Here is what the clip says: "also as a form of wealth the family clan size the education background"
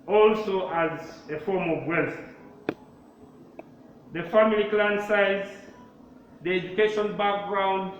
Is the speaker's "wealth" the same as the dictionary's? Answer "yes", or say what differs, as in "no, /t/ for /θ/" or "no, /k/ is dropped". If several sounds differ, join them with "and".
no, /s/ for /θ/